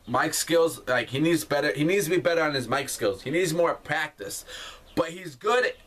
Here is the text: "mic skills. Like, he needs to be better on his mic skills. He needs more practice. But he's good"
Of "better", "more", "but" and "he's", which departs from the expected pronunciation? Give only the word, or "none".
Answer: none